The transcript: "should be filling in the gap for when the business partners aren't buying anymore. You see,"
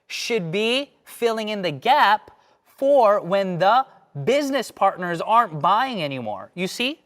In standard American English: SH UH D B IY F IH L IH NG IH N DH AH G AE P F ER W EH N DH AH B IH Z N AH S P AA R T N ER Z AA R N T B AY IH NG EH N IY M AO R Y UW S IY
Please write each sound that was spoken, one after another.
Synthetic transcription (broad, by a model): SH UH D B IY F IH L IH NG IH N DH AH G AE P F ER W EH N DH AH B IH Z N AH S P AA R T N ER Z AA R N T B AY IH NG EH N IY M AO R Y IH S IY